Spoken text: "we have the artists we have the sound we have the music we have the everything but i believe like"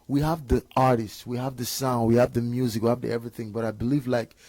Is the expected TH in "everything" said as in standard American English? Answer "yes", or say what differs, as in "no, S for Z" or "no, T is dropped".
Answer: yes